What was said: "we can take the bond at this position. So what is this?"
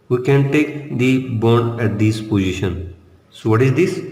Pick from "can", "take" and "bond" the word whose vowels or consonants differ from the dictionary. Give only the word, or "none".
bond